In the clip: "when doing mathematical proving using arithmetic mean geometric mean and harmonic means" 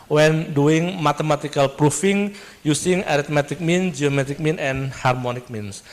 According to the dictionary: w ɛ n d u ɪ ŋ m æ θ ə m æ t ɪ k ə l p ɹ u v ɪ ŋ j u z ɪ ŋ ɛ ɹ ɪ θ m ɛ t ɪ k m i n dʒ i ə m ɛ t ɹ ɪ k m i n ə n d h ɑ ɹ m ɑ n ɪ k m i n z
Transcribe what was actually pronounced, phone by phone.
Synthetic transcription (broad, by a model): w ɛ n d u ɪ ŋ m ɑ t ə m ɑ t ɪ k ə l p ɹ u f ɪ ŋ j u s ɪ ŋ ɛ ɹ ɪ t m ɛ t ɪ k m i n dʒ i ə m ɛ t ɪ k m i n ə n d h ɑ ɹ m ɑ n ɪ k m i n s